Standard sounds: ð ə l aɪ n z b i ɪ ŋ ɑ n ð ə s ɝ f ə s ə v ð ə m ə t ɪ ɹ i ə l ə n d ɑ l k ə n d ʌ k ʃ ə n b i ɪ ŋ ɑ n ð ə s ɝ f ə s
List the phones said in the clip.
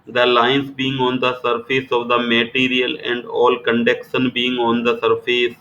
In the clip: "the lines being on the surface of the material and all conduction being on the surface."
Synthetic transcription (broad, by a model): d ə l aɪ n s b i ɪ ŋ ɑ n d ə s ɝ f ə s ə v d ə m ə t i ɹ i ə l ə n d ɑ l k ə n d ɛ k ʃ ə n b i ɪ ŋ ɑ n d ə s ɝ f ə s